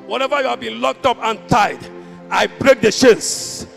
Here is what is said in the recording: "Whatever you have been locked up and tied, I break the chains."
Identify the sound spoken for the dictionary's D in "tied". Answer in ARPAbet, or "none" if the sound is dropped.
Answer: D